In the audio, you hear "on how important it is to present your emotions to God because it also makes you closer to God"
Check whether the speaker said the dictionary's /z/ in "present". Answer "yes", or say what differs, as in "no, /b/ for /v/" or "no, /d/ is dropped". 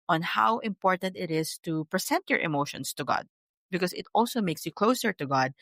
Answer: no, /s/ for /z/